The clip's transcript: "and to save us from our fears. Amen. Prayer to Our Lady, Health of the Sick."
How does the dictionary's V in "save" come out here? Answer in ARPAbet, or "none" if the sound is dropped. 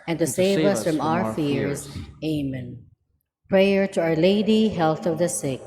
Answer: V